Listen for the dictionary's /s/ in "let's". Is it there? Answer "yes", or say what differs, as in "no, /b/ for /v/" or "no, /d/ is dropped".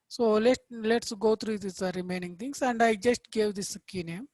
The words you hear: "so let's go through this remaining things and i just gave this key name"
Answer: yes